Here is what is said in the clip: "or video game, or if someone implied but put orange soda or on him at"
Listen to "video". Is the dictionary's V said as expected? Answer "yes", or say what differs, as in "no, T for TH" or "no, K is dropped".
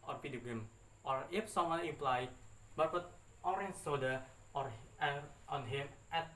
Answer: no, P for V